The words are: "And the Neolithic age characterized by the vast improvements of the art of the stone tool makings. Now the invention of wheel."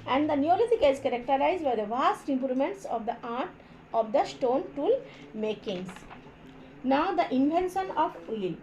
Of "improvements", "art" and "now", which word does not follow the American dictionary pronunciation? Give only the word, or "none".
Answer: improvements